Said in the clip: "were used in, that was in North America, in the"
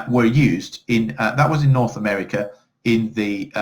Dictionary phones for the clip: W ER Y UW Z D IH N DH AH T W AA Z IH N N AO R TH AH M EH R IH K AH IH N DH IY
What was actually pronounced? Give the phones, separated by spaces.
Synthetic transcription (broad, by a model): W ER Y UW Z D IH N DH AH T W AA Z IH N N AO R TH AH M EH R IH K AH IH N DH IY